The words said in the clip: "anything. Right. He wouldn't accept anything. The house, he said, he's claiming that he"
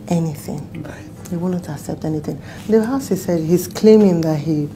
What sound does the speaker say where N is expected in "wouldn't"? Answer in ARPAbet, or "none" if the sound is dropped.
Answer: none